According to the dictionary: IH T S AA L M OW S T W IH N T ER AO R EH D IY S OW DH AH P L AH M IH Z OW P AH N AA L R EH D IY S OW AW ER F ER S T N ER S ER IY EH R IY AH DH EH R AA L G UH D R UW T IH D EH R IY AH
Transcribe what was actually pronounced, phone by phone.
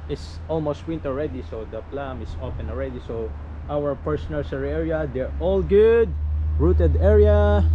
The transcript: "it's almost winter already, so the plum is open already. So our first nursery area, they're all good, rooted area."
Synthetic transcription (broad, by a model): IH T S AA L M OW S T W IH N T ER AO R EH D IY S OW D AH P L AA M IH S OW F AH N AA L R EH D IY S OW AW ER P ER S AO N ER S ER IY EH R IY AH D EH R AA L G UH D R UW T IH D EH R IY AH